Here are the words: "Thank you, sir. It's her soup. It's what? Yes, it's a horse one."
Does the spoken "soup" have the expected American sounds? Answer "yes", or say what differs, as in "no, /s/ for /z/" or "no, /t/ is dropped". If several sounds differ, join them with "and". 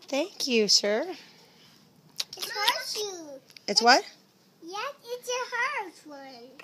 no, /p/ is dropped